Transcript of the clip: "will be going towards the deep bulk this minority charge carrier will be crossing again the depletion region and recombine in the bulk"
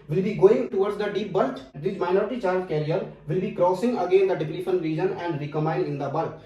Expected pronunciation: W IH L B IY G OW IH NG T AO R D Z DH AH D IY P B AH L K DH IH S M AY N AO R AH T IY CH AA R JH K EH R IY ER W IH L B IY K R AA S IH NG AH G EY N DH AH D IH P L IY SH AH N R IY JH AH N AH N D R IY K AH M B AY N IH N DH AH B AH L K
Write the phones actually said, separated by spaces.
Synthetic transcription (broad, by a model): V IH L B IY G OW IH NG T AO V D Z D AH D IY P B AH L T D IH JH M AY N AO R AH T IY CH AA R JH K EH R IY ER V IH L B IY K R AA S IH NG AH G EY N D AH D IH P N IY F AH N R IY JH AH N AH N D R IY K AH M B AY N IH N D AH B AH L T